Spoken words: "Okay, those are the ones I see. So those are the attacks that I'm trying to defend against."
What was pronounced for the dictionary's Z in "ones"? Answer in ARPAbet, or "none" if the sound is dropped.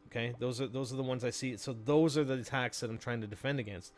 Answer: Z